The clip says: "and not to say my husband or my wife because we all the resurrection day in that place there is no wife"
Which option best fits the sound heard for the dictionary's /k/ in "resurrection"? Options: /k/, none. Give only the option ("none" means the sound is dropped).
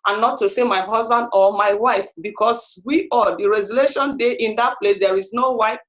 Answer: none